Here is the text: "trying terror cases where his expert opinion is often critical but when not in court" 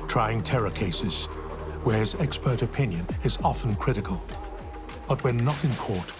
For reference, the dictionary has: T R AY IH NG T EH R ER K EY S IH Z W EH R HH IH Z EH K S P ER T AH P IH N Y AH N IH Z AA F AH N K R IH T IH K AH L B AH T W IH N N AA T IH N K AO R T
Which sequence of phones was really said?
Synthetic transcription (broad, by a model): T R AY IH NG T EH R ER K EY S IH Z W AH R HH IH Z EH K S P ER T AH P IH N Y AH N IH Z AA F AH N K R IH T IH K AH L B AH T W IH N N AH T IH N K AO R T